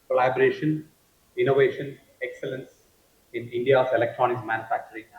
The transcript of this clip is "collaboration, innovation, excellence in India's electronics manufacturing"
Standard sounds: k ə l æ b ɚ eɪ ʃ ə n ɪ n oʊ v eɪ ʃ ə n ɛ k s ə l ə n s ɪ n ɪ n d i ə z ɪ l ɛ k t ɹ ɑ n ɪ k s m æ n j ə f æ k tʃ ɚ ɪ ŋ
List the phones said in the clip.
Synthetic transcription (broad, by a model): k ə l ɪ b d eɪ ʃ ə n ɪ n oʊ v eɪ ʃ ə n ɛ k s ə l ə n s ɪ n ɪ n d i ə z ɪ l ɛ k t ɹ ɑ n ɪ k m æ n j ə f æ k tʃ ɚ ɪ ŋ